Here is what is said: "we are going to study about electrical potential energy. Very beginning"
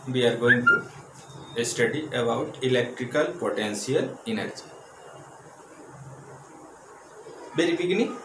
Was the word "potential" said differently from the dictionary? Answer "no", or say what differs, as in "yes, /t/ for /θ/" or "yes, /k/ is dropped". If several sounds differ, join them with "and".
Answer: yes, /s/ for /ʃ/